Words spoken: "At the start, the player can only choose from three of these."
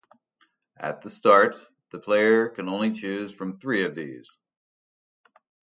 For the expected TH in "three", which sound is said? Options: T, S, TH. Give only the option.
TH